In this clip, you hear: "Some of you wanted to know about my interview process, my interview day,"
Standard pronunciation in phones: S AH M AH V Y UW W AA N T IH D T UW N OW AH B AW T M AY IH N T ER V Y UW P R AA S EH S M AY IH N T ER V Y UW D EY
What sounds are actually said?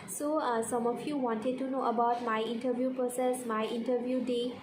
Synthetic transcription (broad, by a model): S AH M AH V Y UW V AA N T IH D T UW N OW AH B AW T M AY IH N T ER V Y UW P AA S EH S M AY IH N T ER V Y UW D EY